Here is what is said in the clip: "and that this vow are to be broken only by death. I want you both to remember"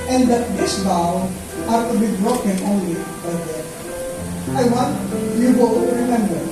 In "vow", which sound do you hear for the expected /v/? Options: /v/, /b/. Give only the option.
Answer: /b/